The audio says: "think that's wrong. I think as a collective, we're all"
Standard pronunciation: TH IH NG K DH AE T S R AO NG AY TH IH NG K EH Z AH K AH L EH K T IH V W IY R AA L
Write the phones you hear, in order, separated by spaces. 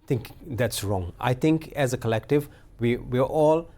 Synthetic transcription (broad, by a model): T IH NG K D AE T S R AO NG AY T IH NG K EH Z AH K AH L EH K T IH V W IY W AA L